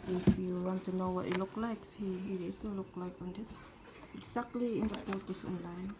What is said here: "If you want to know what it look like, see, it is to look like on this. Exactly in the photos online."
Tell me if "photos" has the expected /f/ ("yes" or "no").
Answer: no